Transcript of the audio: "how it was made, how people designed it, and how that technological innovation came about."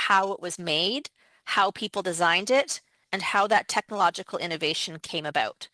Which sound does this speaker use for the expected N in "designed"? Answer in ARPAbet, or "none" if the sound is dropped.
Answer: N